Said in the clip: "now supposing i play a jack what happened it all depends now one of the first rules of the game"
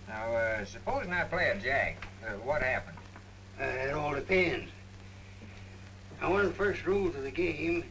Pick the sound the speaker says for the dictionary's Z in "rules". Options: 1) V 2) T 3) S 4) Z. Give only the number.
4